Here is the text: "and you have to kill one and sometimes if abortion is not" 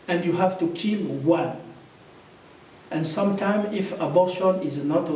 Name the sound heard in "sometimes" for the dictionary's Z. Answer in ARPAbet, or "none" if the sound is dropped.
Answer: none